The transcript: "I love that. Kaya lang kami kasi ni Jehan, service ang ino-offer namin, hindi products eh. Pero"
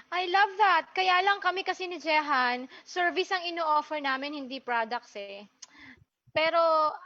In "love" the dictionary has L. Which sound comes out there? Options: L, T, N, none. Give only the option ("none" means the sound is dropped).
L